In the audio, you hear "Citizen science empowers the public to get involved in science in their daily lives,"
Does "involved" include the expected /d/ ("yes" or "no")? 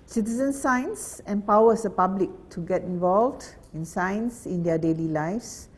yes